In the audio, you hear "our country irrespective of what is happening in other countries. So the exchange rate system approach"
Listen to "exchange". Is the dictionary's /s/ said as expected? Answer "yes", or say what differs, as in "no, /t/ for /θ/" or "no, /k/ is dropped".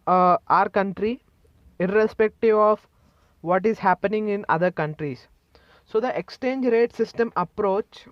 yes